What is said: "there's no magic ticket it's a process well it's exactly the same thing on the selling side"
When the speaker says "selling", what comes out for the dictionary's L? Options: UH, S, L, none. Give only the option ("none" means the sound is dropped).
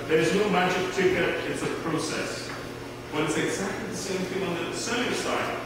none